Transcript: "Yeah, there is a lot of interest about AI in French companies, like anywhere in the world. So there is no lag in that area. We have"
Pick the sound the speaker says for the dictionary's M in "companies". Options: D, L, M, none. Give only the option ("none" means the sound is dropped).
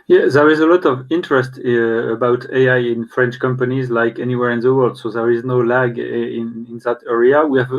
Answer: M